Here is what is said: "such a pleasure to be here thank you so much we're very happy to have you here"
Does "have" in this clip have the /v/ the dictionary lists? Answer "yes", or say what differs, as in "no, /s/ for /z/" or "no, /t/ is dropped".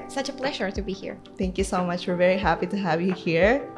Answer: yes